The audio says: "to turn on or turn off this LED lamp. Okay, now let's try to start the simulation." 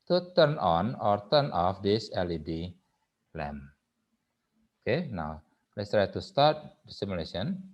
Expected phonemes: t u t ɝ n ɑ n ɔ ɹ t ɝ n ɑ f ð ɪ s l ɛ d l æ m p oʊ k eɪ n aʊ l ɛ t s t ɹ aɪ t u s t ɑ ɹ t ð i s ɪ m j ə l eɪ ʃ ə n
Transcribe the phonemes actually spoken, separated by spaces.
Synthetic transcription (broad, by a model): t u t ɝ n ɑ n ɔ ɹ t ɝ n ɑ f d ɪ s l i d l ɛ m oʊ k eɪ n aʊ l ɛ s t ɹ aɪ t u s t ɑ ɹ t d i s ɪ m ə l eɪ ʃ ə n